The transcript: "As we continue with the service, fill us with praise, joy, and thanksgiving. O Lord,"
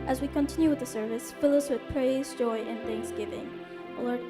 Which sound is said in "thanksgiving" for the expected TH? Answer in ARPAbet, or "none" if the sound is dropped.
TH